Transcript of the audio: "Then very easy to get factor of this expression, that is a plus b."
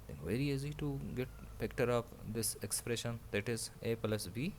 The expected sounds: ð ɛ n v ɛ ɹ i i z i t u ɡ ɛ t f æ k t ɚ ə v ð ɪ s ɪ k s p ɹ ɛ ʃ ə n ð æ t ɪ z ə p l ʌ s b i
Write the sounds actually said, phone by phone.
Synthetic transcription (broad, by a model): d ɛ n v ɛ ɹ i i z i t u ɡ ɛ t p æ k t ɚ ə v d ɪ s ɪ k s p ɹ ɛ ʃ ə n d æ t ɪ z ə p l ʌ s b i